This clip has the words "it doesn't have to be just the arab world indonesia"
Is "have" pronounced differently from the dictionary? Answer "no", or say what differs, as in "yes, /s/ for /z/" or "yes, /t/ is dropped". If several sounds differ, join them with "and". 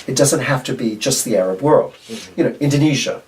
yes, /f/ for /v/